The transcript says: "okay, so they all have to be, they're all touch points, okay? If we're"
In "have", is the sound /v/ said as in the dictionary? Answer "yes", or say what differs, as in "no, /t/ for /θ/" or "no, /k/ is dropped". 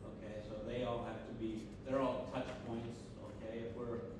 no, /f/ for /v/